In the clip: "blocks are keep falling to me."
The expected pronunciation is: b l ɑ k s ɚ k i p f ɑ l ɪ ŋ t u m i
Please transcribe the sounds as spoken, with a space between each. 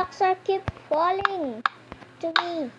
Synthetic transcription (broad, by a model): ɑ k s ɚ k i p f ɑ l ɪ ŋ t u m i